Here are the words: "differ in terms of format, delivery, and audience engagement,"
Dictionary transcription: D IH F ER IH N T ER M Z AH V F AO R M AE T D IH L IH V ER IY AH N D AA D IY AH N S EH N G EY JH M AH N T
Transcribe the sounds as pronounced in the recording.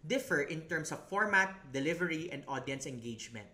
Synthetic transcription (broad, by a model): D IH F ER IH N T ER M S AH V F AO R M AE T D IH L IH V ER IY AH N D AA D IY AH N S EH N G EY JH M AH N T